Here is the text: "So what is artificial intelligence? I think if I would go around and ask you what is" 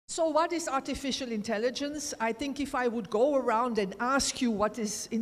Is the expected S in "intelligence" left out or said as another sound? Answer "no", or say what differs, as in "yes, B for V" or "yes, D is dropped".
no